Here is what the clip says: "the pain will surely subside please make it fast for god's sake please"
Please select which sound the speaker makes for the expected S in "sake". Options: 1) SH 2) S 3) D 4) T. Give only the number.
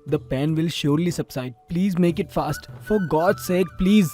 2